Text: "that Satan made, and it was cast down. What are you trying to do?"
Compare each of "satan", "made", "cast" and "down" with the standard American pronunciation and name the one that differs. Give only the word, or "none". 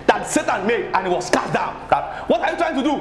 cast